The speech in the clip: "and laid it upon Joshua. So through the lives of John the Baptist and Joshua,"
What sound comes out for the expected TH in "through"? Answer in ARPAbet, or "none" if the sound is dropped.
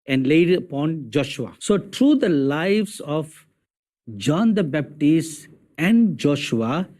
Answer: T